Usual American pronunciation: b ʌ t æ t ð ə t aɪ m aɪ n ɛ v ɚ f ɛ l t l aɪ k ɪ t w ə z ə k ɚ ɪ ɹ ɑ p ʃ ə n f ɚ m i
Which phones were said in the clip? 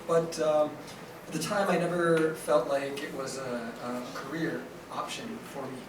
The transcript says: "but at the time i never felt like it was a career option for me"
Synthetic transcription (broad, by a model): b ʌ t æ t ð ə t aɪ m aɪ n ɛ v ɚ f ɛ l t l aɪ k ɪ t w ə z ə k ɚ ɪ ɹ ɑ p ʃ ə n f ɚ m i